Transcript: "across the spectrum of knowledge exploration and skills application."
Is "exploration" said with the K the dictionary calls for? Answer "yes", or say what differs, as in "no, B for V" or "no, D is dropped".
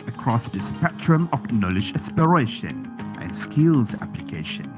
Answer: no, K is dropped